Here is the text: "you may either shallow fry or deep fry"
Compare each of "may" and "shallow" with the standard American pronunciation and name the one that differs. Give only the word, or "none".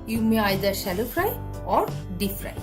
shallow